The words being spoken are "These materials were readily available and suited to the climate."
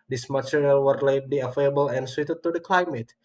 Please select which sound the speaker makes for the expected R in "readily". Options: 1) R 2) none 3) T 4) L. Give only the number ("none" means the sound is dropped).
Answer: 4